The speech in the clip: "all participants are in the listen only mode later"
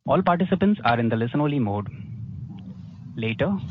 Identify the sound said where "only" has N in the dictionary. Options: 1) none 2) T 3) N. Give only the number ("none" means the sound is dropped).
1